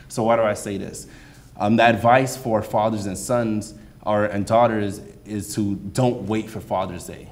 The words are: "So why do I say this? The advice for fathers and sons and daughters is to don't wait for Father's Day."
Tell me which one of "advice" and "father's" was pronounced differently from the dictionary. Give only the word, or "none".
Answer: none